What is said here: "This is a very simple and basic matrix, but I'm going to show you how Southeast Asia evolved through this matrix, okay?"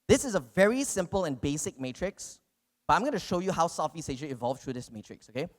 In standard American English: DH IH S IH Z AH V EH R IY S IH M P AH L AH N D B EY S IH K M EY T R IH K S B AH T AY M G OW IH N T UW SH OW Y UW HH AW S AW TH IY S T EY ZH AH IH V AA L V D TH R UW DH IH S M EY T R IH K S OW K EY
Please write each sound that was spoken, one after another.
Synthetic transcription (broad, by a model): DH IH S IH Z AH V EH R IY S IH M P AH L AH N B EY S IH K M EY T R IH K S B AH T AY M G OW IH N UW SH OW Y UW HH AW S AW F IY S EY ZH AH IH V AA L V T R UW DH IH S M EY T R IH K S OW K EY